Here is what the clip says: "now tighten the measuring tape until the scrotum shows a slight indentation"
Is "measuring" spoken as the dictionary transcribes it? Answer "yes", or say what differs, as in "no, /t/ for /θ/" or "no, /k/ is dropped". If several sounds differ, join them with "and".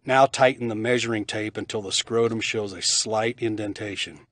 yes